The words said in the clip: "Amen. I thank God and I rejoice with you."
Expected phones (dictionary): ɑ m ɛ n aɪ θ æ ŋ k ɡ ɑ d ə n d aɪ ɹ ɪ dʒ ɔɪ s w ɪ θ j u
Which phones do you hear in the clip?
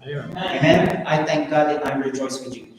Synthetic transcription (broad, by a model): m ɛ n aɪ t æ ŋ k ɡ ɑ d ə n aɪ ɹ ɪ dʒ ɔɪ s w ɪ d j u